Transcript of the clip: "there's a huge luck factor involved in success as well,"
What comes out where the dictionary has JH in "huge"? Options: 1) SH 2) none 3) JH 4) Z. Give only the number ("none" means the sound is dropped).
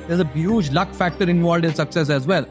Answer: 3